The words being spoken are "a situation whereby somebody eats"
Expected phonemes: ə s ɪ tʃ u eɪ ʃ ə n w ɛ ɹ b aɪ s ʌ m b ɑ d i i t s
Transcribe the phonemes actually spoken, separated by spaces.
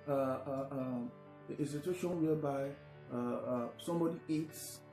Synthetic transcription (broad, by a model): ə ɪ s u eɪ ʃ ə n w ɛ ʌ b aɪ s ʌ m b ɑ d i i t s